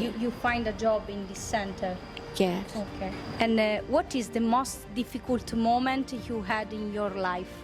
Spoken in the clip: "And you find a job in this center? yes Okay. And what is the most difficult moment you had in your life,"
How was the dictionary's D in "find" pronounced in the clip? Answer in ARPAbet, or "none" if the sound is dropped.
D